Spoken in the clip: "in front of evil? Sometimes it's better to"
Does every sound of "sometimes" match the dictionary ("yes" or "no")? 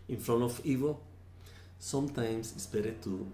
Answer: no